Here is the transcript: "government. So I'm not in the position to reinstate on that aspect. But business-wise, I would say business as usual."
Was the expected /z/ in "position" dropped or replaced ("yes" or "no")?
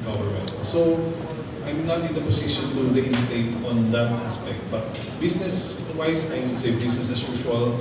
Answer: yes